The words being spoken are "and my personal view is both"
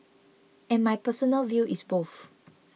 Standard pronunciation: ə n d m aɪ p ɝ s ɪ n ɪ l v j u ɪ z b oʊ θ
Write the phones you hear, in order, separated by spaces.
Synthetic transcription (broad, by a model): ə n m aɪ p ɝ s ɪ n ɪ l v j u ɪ s b oʊ f